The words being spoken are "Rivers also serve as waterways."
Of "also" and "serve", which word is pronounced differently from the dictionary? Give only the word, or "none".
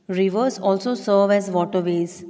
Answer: none